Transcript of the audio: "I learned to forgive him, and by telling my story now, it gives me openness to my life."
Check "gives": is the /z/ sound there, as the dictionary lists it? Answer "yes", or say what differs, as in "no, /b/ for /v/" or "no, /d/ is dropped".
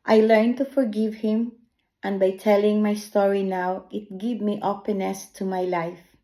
no, /z/ is dropped